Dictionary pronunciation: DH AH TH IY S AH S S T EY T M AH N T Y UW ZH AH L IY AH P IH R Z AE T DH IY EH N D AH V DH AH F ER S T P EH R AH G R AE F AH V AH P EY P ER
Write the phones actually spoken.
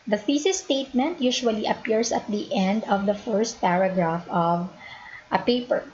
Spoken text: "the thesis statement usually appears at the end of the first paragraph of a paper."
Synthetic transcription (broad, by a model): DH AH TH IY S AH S S T EY T M AH N T Y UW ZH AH L IY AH P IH R S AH T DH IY EH N D AH V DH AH F ER S T P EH R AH G R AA F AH V AH P EY P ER